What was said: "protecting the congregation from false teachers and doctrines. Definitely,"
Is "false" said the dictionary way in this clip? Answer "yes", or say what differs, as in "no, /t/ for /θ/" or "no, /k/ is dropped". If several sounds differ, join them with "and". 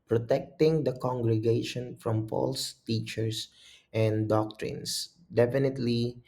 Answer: no, /p/ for /f/